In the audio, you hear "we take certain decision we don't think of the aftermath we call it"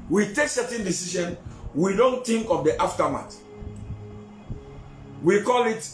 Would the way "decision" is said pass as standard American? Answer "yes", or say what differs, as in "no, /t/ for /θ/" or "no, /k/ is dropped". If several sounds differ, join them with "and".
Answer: no, /ʃ/ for /ʒ/